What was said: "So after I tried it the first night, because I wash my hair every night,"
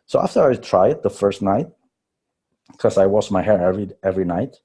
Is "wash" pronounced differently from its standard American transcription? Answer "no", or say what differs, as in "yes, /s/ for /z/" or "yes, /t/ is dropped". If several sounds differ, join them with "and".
yes, /s/ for /ʃ/